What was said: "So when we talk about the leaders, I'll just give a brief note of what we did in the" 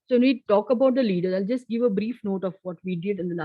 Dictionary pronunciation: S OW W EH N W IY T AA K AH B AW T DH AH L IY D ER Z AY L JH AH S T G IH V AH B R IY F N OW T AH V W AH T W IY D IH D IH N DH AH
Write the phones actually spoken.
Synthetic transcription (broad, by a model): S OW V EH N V IY T AA K AH B AW T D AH L IY D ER AY L JH AH S T G IH V AH B R IY F N OW T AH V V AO T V IY D IH D IH N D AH